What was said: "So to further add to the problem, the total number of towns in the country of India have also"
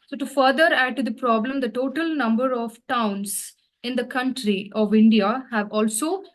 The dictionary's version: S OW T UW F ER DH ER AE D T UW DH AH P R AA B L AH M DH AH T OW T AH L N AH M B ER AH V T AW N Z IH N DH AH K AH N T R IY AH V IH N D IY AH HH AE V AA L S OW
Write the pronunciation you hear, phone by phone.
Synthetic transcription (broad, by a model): S OW T UW F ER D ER AE D T UW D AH P R AA B L AH M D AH T OW T AH L N AH M B ER AH V T AW N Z IH N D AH K AH N T R IY AH V IH N D IY AH HH AE V AA L S OW